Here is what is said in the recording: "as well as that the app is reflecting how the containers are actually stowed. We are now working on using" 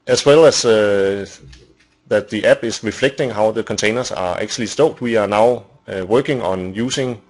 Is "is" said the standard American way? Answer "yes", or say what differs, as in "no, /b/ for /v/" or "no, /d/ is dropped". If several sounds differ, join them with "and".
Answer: no, /s/ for /z/